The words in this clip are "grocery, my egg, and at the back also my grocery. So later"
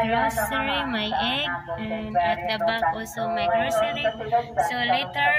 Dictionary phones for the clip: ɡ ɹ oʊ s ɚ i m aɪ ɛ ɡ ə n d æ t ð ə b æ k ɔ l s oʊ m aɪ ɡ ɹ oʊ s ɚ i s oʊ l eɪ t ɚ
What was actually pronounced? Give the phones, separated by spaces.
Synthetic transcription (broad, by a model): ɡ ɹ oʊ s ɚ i m aɪ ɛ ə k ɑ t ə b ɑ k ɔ s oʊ m aɪ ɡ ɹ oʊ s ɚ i s oʊ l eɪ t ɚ